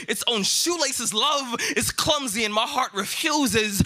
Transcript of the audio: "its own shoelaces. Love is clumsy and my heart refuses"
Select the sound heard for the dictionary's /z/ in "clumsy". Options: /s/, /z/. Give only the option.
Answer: /z/